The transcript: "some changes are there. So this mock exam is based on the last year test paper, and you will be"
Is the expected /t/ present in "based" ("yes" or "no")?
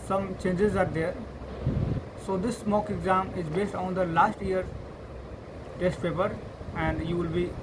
yes